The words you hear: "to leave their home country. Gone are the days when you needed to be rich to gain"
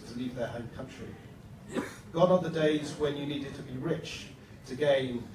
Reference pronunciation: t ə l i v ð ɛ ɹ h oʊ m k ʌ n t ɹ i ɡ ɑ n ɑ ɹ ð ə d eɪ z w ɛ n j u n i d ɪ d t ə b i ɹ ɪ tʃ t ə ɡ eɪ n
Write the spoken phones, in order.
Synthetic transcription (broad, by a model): t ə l i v ð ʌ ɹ h oʊ m k ʌ n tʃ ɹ i ɡ ɑ n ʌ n ð ə d eɪ z w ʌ n j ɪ n i d ɪ d t ə b i ɹ ɪ tʃ t ə ɡ eɪ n